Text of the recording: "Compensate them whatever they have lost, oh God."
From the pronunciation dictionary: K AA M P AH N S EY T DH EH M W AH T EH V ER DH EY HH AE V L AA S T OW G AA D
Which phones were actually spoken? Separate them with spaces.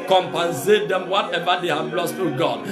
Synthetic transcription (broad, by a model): K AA M P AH N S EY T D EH M W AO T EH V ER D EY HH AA B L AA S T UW G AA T